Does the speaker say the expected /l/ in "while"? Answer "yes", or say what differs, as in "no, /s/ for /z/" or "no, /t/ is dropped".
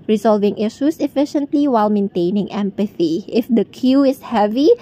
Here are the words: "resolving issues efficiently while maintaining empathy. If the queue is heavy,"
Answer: yes